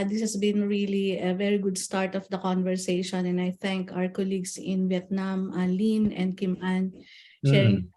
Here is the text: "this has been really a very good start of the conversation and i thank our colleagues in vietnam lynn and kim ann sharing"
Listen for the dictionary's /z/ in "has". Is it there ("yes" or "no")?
no